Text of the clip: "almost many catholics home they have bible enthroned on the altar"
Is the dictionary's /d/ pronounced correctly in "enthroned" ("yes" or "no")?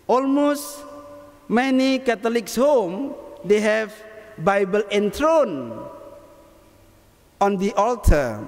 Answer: no